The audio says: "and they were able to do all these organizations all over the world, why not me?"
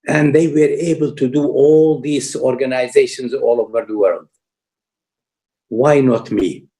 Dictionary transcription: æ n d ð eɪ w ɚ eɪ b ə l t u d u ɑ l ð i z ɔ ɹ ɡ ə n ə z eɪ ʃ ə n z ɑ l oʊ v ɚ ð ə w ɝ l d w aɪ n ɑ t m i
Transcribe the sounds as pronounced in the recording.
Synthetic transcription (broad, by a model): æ n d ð eɪ w ɚ eɪ b ə l t u d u ɑ l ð i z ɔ ɹ ɡ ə n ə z eɪ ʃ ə n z ɑ l oʊ v ɚ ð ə w ɝ l d w aɪ n ɑ t m i